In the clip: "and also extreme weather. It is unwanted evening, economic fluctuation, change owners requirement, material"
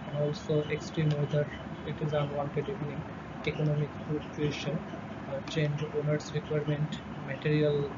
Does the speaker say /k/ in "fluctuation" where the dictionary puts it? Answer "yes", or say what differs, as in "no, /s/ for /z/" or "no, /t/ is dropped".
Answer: no, /k/ is dropped